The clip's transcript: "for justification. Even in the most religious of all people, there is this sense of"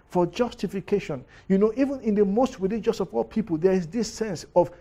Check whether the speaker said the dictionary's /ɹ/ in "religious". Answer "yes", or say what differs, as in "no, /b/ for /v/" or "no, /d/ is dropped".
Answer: no, /w/ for /ɹ/